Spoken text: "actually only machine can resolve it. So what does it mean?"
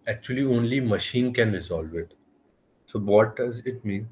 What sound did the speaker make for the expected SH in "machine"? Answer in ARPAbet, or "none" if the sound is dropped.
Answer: SH